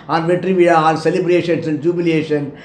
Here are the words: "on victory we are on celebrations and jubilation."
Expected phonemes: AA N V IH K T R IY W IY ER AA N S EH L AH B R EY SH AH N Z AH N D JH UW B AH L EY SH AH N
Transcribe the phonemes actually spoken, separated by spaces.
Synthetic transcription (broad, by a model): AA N V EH T R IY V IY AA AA L S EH L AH B R EY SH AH N S AH N D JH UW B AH L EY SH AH N